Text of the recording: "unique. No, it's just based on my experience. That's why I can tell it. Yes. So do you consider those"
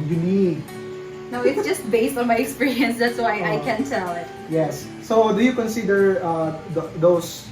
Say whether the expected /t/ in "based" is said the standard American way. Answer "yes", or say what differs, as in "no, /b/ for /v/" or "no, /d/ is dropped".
yes